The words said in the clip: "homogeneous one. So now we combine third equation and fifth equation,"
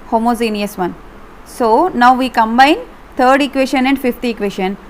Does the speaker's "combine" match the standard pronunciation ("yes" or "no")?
yes